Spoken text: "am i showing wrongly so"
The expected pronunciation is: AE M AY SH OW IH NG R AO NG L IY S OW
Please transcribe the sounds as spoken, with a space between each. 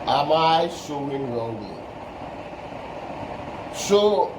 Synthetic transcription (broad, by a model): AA M AY S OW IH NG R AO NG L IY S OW